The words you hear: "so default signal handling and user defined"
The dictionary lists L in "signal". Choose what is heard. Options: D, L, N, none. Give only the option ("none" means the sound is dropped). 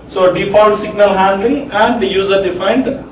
L